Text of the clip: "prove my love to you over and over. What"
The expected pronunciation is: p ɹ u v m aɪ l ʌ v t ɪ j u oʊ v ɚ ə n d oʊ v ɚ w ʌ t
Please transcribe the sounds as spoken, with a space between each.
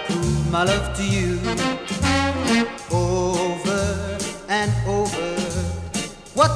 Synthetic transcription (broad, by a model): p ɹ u m aɪ l ʌ v t ɪ j u oʊ v ɚ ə n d oʊ v ɚ w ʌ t